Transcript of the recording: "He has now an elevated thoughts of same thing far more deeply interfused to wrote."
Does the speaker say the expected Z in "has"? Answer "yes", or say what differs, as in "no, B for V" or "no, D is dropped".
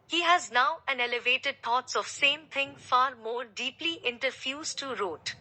yes